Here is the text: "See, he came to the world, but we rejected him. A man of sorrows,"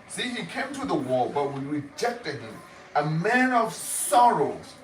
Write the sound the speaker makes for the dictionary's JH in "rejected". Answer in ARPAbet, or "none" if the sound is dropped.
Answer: JH